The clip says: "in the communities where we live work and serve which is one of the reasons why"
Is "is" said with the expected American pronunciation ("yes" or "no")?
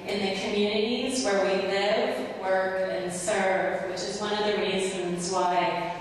yes